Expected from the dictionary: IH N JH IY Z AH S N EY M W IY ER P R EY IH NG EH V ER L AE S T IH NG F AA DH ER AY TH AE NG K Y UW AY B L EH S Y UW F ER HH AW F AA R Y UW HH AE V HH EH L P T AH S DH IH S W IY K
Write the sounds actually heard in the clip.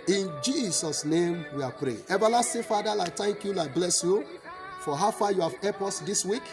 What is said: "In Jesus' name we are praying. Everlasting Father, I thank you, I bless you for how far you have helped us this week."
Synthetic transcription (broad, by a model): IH N JH IY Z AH S N EY M W IY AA P R EY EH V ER L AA S T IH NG F AA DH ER AY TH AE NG K Y UW AY B L EH S Y UW F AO HH AW F AA Y UW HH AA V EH P AO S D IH S W IY K